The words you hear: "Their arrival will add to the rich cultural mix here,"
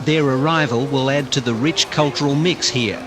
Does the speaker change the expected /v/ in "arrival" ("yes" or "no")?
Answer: no